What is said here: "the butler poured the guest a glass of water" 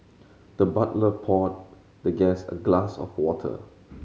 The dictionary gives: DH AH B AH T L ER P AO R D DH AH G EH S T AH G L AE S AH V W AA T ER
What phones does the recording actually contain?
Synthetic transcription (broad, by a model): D AH B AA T L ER P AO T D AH G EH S AH G L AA S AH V W AA T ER